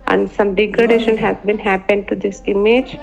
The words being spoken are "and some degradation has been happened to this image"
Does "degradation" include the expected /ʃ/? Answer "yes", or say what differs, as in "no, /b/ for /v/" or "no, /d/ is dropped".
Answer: yes